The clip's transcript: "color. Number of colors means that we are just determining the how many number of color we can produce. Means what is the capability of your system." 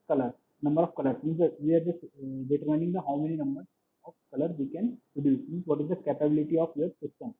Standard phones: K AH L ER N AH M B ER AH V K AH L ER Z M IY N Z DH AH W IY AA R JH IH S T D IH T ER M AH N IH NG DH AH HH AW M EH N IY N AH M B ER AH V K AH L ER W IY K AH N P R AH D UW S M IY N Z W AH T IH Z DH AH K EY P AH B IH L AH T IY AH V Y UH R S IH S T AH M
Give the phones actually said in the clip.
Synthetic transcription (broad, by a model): K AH L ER N AH M B ER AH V K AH L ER M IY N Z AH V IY AA R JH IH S D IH T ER M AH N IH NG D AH HH AW M EH N IY N AH M B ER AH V K AH L ER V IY K AH N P R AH D UW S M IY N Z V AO T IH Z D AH K EY P AH B IH L AH T IY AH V Y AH R S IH S T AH M